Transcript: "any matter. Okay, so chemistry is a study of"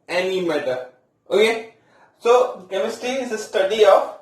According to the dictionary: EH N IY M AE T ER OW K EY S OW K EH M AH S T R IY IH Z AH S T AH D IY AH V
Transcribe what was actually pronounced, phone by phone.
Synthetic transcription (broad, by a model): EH N IY M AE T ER OW K EY S OW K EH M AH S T IY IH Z AH S T AH D IY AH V